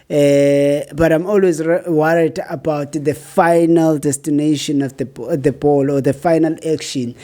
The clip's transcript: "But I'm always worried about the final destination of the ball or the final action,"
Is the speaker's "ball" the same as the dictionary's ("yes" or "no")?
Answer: yes